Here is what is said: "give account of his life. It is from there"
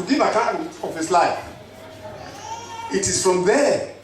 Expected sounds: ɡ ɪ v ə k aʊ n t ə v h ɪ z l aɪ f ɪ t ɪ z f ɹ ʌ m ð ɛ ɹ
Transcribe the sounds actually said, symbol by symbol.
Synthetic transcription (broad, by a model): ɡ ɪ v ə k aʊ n ə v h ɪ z l aɪ f ɪ t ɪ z f ɹ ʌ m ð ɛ